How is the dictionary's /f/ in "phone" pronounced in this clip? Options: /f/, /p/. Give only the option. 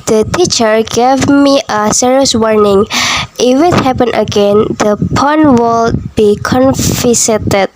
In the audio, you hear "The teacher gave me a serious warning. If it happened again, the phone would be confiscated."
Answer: /p/